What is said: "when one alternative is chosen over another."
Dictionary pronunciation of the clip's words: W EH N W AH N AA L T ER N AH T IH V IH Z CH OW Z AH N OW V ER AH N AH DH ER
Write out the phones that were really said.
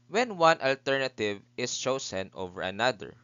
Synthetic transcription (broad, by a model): W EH N W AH N AA L T ER N AH T IH V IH S CH OW S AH N OW V ER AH N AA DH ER